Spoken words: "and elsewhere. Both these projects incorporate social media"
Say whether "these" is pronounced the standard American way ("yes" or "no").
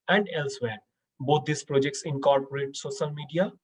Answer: no